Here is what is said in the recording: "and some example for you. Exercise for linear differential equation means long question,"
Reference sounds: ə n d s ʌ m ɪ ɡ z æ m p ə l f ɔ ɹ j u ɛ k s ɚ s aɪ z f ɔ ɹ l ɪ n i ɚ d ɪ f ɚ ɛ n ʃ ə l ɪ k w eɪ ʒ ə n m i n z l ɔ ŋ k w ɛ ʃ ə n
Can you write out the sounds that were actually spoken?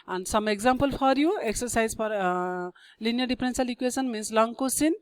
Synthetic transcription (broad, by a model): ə n d s ʌ m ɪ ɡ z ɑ m p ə l f ɔ ɹ j u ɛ k s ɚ s aɪ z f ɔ ɹ l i n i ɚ d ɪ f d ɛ n s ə l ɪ k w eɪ s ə n m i n s l ɔ ŋ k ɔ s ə n